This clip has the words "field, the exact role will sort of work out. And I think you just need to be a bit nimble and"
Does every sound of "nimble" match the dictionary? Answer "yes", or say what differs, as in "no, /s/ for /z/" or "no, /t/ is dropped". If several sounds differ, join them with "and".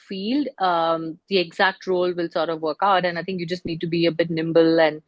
yes